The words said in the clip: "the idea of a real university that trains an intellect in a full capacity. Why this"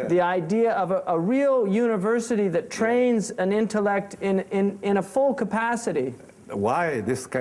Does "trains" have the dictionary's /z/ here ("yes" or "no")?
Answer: yes